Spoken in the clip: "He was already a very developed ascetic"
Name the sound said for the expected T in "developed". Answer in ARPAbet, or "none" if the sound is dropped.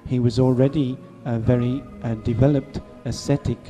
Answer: T